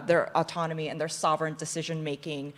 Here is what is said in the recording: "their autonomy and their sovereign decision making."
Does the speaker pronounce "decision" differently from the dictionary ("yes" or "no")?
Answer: no